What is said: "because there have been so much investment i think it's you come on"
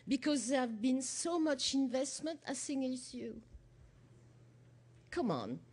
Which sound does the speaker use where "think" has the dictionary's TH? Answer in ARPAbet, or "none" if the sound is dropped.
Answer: S